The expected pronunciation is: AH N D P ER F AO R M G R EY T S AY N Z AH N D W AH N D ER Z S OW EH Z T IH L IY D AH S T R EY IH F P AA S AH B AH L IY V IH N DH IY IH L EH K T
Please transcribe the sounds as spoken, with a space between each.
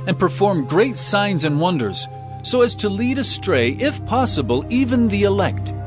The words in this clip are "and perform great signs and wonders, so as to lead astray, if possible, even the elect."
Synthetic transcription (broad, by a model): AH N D P ER F AO R M G R EY T S AY N Z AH N W AH N D ER Z S OW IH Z T IH L IY D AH S T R EY IH F P AA S AH B AH L IY V IH N DH IY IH L EH K T